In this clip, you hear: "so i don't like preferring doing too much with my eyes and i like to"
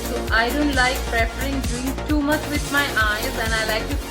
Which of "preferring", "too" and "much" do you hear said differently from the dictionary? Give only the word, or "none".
preferring